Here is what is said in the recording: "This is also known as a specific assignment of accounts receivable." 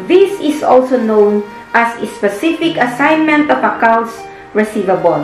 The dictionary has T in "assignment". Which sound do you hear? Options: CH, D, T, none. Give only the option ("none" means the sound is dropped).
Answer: T